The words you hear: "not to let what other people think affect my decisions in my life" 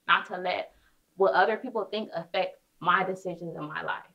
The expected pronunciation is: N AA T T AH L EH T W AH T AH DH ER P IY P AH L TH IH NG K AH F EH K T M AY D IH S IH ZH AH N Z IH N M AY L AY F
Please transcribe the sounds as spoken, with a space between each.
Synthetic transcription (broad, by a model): N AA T T AH L EH T W AH T AH DH ER P IY P L TH IH NG K AH F EH K T M AY D IH S IH ZH AH N Z IH N M AY L AY F